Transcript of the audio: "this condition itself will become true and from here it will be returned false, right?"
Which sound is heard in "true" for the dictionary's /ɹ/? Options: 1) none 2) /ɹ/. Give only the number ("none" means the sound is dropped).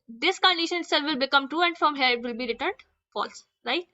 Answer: 1